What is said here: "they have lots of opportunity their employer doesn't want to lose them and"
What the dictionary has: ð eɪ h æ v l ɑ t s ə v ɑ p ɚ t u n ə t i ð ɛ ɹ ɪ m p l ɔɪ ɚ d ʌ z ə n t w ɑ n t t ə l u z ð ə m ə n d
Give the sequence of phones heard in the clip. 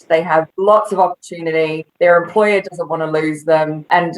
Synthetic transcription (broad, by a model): ð eɪ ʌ v l ɑ t s ə v ɑ p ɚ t u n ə t i ð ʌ ɹ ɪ m p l ɔɪ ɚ d ʌ z ə n t w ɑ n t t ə l u z ð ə m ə n